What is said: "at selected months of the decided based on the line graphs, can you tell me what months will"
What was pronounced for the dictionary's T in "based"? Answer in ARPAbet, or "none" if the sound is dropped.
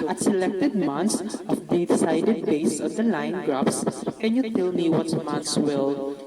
none